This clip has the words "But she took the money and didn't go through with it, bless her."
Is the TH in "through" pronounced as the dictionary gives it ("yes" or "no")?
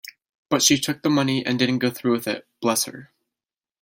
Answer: yes